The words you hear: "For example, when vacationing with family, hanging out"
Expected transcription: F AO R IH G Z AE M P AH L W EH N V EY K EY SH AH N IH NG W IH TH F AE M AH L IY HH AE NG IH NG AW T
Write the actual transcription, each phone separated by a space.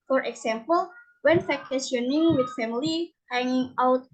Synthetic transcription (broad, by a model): F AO R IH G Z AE M P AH L W EH N F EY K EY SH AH N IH NG W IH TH F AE M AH L IY HH AE NG IH NG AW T